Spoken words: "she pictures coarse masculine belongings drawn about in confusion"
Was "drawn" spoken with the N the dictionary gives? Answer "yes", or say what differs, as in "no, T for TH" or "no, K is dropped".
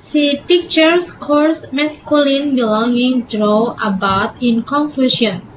no, N is dropped